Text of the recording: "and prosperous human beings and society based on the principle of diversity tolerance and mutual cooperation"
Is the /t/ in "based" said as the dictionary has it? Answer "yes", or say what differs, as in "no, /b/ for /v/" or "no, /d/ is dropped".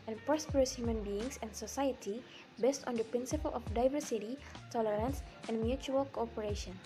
yes